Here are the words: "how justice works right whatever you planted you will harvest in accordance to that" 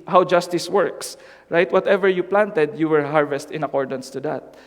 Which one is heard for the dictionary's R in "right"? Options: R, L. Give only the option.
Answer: R